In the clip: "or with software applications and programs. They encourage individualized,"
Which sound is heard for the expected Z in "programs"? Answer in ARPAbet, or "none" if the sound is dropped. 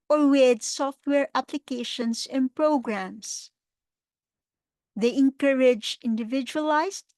S